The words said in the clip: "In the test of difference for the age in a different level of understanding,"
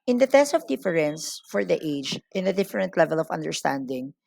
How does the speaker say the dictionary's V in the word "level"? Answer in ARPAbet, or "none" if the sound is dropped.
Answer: V